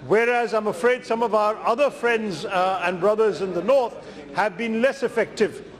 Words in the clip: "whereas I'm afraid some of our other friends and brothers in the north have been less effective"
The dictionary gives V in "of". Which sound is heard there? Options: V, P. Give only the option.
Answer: V